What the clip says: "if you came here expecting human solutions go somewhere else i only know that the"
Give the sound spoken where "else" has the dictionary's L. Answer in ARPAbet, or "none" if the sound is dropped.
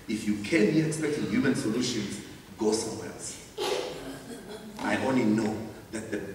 none